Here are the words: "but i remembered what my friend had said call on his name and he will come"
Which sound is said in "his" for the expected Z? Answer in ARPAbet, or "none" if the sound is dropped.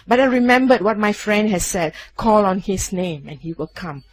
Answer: S